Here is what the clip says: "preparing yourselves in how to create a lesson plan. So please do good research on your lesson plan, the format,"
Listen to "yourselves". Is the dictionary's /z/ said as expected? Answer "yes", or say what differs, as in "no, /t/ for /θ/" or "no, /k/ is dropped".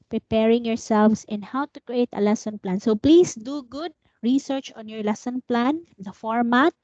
no, /s/ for /z/